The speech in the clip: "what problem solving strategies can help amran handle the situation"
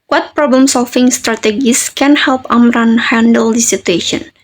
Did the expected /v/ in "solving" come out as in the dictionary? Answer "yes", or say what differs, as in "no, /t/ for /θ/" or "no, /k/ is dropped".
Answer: no, /f/ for /v/